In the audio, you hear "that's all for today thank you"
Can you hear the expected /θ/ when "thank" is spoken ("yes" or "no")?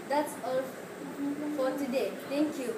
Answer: no